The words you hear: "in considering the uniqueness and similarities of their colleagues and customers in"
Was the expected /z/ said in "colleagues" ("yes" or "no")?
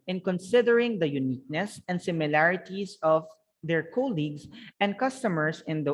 no